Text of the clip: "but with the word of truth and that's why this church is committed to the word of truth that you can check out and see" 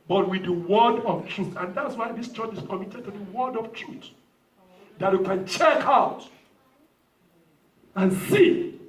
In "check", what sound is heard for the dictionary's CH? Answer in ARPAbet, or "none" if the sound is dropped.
CH